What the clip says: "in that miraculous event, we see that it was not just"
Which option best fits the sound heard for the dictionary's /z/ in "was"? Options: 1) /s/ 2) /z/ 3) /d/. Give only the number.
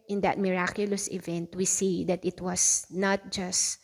1